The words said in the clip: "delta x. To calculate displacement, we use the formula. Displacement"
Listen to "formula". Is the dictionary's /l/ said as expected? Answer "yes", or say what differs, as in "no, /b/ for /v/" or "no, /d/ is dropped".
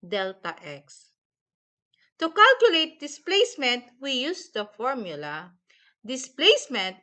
yes